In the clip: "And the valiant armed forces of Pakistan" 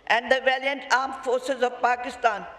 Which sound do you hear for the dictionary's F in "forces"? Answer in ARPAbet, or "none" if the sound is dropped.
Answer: F